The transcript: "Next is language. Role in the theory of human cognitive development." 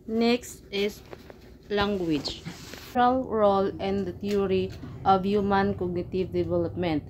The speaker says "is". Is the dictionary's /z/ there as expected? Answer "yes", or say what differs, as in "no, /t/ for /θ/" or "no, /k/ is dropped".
no, /s/ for /z/